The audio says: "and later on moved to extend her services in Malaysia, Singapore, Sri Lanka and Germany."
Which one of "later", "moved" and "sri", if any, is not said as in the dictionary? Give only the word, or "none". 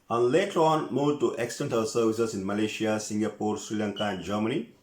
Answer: moved